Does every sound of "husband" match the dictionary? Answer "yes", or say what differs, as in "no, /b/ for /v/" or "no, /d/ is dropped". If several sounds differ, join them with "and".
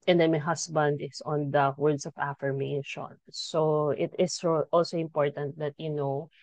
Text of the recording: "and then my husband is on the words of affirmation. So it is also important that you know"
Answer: no, /s/ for /z/